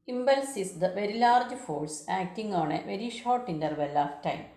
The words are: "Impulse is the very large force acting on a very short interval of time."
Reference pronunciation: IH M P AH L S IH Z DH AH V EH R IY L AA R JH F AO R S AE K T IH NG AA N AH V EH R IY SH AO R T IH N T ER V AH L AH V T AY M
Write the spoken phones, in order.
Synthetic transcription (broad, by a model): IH M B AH L S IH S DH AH V EH R IY L AA R JH F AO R S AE K T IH NG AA N AH V EH R IY SH AO R T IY N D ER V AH L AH F T AY M